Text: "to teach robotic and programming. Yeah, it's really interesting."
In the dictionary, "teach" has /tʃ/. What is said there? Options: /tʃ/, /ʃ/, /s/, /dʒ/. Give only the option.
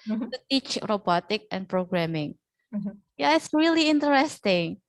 /tʃ/